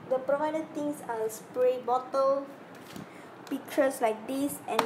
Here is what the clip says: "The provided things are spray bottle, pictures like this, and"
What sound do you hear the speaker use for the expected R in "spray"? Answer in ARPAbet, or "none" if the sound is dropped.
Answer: R